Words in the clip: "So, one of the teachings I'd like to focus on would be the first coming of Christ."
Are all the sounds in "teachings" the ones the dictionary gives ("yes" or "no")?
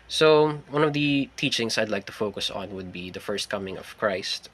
no